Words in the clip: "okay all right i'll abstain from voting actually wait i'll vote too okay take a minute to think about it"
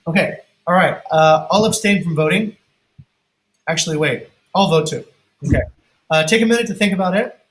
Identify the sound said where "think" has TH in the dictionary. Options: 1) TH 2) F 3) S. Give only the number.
1